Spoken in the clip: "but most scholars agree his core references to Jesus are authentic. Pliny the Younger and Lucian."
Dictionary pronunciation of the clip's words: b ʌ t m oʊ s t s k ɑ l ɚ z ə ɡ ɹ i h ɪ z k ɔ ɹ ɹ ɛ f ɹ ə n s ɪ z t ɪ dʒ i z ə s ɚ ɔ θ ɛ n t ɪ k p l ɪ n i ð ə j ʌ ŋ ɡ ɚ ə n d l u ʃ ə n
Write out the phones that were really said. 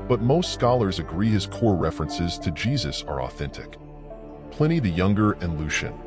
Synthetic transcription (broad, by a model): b ʌ t m oʊ s t s k ɑ l ɚ z ə ɡ ɹ i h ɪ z k ɔ ɹ ɹ ɛ f ɹ ə n s ɪ z t ɪ dʒ i z ə s ɚ ɔ θ ɛ n t ɪ k p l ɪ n i ð ə j ʌ ŋ ɡ ɚ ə n l u ʃ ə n